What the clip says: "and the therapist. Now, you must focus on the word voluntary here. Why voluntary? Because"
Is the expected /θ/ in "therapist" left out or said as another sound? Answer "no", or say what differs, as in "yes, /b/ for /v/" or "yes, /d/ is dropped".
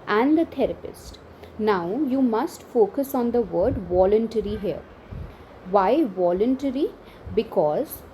yes, /t/ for /θ/